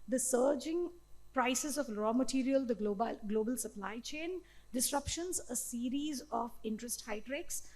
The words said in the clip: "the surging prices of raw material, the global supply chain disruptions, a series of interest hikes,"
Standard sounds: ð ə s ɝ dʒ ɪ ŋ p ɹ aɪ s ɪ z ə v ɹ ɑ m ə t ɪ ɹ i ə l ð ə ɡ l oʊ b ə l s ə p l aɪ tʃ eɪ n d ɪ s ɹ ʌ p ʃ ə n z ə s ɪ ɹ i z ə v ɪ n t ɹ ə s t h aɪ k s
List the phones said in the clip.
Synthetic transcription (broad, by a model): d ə s ɝ dʒ ɪ ŋ p ɹ aɪ s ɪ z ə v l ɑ m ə t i ɹ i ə l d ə ɡ l oʊ b ə l s ə p l aɪ tʃ eɪ n d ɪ s ɹ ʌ p ʃ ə n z ə s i ɹ i z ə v ɪ n t ɹ ə s t h aɪ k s